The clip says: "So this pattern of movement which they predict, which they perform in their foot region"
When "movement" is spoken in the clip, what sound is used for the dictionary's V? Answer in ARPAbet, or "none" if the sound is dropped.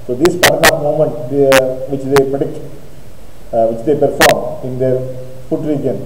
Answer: none